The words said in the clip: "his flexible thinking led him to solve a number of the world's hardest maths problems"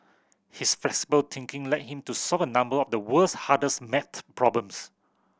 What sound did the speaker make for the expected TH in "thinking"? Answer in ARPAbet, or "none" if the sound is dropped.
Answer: T